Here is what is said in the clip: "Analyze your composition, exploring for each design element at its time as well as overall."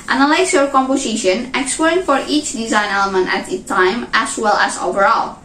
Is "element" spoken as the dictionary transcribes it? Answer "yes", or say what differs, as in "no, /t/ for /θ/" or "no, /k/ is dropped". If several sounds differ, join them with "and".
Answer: yes